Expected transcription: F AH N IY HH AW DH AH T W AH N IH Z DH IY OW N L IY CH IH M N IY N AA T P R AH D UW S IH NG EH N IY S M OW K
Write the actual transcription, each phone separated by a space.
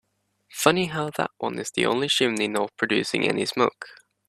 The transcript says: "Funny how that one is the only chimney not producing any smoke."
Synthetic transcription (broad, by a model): F AH N IY HH AW DH AH T W AH N IH Z DH IY OW N L IY SH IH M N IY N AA P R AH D UW S IH NG EH N IY S M OW K